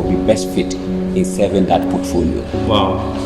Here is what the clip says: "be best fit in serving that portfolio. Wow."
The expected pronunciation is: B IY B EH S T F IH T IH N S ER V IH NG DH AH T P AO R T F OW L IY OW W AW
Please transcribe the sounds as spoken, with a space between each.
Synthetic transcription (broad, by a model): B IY B EH S T F IH T IH N S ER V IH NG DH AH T P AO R T F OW L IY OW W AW